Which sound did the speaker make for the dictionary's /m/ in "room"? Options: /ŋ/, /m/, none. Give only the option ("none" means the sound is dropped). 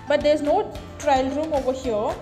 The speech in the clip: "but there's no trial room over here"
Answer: /m/